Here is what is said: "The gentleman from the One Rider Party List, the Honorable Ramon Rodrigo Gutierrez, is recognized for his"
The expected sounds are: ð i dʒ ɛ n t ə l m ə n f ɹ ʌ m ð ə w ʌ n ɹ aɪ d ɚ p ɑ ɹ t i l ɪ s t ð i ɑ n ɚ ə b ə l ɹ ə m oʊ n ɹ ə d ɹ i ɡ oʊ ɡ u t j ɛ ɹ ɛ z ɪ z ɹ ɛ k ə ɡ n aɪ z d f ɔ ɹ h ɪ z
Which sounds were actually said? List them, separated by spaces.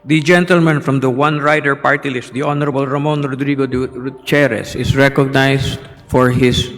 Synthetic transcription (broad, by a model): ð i dʒ ɛ n t ə l m ə n f ɹ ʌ m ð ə w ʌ n ɹ aɪ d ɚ p ɑ ɹ t i l ɪ s t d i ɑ n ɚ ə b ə l ɹ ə m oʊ n ɹ ə d ɹ i ɡ oʊ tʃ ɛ ɹ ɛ s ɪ s ɹ ɛ k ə ɡ n aɪ s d f ɔ ɹ h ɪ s